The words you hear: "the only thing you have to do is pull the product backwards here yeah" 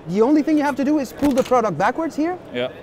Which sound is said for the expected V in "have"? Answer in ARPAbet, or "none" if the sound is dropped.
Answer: F